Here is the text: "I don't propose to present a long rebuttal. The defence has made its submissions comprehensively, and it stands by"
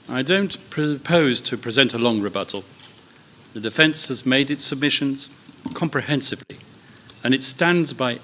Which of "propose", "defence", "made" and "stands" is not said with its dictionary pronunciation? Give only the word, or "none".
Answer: none